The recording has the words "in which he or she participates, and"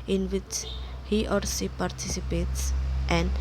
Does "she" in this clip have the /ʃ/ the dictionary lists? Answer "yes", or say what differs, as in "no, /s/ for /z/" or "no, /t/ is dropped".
no, /s/ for /ʃ/